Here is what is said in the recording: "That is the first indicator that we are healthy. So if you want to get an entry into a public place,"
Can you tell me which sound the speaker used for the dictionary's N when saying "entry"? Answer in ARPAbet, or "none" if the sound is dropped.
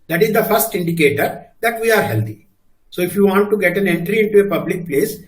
N